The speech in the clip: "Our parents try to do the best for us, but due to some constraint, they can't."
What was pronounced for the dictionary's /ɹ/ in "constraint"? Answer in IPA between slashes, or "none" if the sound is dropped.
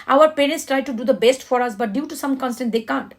none